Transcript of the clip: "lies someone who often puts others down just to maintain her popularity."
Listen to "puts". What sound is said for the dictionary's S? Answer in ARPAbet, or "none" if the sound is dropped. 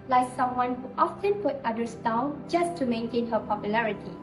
none